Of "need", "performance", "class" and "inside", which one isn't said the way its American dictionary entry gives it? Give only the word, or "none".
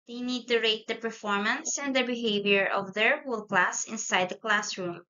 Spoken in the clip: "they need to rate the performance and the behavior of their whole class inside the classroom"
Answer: none